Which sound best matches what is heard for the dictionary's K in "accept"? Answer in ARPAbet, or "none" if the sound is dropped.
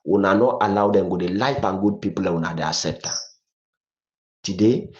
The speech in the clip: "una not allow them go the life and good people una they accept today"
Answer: none